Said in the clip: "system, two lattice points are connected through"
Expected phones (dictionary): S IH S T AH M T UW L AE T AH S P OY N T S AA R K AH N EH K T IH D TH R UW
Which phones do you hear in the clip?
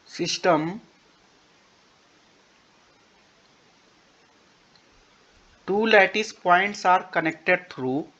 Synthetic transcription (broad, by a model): S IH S T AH M T UW L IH T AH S P OY N T S AA R K AH N EH K T IH D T R UW